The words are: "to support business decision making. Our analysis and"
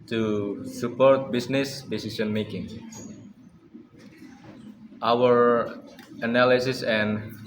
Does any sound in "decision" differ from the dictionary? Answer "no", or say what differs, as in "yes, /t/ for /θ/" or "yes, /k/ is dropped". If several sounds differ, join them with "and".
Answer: yes, /s/ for /ʒ/